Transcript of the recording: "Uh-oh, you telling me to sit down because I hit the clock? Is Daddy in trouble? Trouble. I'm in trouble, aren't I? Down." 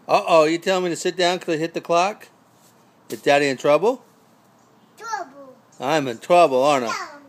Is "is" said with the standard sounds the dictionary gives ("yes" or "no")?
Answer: no